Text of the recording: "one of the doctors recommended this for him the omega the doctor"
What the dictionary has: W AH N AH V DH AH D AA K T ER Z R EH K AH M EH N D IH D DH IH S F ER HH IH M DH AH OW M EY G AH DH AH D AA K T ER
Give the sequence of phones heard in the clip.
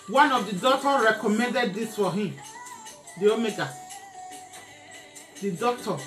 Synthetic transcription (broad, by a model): W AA N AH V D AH D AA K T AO R EH K AH M EH N D IH D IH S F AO HH IH M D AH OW M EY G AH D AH D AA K T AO